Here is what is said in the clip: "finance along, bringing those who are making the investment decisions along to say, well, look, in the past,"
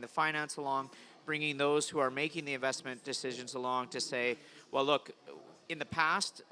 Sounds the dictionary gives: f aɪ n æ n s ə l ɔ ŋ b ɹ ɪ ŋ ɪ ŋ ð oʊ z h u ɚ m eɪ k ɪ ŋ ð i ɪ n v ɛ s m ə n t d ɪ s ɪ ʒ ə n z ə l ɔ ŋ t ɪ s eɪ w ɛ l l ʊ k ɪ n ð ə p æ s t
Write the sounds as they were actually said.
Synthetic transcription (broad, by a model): f aɪ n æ n s ə l ɔ ŋ b ɹ ɪ ŋ ɪ ŋ ð oʊ z h u ɚ m eɪ k ɪ ŋ ð i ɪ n v ɛ s m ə n d ɪ s ɪ ʒ ə n z ə l ɔ ŋ t ɪ s eɪ w ɛ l l ʊ k ɪ n ð ə p æ s t